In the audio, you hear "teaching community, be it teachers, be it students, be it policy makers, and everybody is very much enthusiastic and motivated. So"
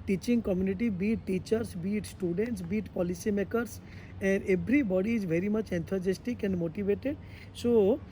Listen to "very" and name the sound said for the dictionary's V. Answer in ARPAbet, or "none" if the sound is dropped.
V